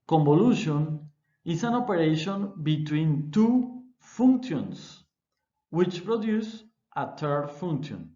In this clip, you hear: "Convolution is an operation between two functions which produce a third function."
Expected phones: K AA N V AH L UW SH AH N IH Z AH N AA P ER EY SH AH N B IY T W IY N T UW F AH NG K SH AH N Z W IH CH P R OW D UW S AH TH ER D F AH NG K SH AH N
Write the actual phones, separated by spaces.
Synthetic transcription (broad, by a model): K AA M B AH L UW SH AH N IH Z AH N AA P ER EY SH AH N B IY T W IY N T UW F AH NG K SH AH N S W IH CH P R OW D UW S AH T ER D F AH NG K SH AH N